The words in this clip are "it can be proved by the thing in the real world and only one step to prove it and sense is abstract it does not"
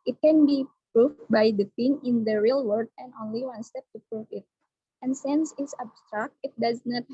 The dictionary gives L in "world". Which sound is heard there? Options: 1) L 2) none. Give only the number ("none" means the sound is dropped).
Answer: 2